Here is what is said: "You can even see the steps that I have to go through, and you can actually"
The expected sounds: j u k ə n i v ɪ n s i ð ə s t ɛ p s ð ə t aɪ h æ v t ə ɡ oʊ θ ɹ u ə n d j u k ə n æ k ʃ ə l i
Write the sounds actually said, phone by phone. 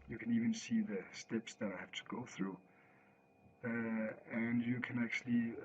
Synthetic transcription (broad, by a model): j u k ə n i v ɪ n s i ð ə s t ɛ p s ð ə t aɪ h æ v t ə ɡ oʊ θ ɹ u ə n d j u k ə n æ k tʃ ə l i